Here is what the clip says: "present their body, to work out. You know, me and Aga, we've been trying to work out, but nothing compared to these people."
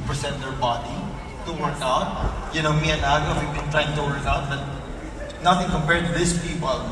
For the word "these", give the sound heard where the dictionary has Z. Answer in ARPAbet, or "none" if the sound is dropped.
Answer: S